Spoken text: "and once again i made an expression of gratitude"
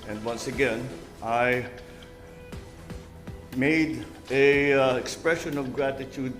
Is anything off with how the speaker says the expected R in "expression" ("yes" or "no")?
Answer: no